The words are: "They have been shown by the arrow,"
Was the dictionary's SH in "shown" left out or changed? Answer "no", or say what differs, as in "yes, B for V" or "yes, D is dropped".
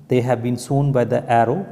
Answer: yes, S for SH